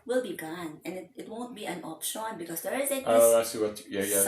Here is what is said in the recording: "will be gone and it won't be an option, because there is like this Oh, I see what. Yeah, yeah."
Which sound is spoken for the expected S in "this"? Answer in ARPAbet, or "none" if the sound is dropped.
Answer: none